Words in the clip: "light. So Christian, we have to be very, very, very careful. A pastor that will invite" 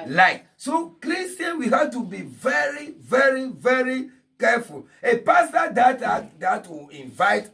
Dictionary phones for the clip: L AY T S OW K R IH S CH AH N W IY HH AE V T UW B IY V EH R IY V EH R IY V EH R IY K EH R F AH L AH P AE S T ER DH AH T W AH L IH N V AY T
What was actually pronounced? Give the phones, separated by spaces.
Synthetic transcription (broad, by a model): L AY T S OW K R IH S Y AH N W IY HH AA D T UW B IY V EH R IY V EH R IY V EH R IY K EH F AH L AH P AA S T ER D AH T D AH W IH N V AY T